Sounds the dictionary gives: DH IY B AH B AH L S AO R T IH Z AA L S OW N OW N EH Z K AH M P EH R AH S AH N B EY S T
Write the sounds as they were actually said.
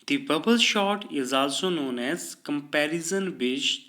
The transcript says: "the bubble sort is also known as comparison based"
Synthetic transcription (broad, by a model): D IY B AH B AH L SH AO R T IH Z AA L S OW N OW N EH Z K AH M P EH R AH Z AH N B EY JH